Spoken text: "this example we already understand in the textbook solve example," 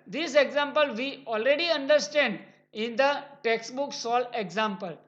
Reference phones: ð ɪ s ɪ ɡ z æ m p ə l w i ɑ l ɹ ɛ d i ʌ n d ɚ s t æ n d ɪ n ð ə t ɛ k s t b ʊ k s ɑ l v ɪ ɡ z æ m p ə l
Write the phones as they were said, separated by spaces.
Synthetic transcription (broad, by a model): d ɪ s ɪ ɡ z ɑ m p ə l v i ɑ l ɹ ɛ d i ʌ n d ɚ s t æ n d ɪ n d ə t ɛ k s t b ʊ k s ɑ l ɪ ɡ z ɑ m p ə l